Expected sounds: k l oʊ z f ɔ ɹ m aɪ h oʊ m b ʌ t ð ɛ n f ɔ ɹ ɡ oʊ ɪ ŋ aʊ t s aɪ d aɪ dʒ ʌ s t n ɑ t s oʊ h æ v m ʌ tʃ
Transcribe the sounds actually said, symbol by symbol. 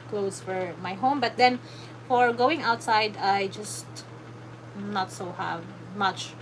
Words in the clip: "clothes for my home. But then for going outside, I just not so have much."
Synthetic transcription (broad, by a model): k l oʊ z f ɔ ɹ m aɪ h oʊ m b ʌ t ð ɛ n f ɔ ɹ ɡ oʊ ɪ ŋ aʊ t s aɪ d aɪ dʒ ʌ s t n ɑ t s oʊ h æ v m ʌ tʃ